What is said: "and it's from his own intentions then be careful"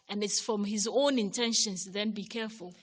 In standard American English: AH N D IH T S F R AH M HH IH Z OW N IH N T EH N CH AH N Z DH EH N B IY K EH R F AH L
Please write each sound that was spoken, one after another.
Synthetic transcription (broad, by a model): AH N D IH T S F R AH M HH IH Z OW N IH N T EH N SH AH N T DH EH N B IY K EH R F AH L